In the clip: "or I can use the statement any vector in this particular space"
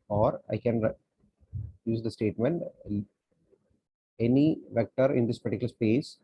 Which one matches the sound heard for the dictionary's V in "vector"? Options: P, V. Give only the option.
V